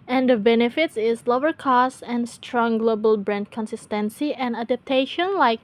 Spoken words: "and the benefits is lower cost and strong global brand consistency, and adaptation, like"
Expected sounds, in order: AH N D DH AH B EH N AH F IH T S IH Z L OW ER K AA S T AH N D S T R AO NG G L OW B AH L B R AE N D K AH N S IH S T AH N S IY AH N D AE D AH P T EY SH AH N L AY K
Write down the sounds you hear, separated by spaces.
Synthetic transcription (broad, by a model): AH N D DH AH B EH N AH F IH T S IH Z L OW ER K AA S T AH N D S T R AO NG G L OW B AH L B R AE N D K AH N S IH S T AH N S IY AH N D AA D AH P T EY SH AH N L AY K